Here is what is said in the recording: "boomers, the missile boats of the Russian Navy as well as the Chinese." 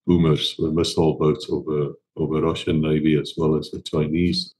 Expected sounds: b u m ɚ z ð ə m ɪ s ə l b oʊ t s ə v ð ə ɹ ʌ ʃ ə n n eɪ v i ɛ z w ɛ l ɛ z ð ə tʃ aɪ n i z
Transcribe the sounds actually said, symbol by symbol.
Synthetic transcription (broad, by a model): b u m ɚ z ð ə m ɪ s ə l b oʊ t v ə v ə ɹ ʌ ʃ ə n n eɪ v i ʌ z w ɛ l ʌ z ð ə tʃ aɪ n i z